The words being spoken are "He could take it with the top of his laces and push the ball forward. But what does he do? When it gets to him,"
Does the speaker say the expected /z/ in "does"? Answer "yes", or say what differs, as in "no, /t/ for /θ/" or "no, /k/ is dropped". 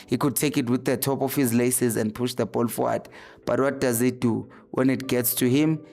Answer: yes